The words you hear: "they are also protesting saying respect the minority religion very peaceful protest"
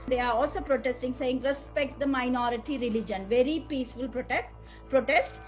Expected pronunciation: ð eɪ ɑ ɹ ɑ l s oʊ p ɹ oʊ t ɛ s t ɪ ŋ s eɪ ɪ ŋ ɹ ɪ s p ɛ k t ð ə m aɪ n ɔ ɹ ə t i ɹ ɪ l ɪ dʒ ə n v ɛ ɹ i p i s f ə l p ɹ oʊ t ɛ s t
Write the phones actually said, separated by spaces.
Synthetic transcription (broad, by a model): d eɪ ɑ ɹ ɑ l s oʊ p ɹ oʊ t ɛ s t ɪ ŋ s eɪ ɪ ŋ ɹ ɪ s p ɛ k t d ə m aɪ n ɔ ɹ ə t i ɹ ɪ l ɪ dʒ ə n v ɛ ɹ i p i s f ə l p ɹ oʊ t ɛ s t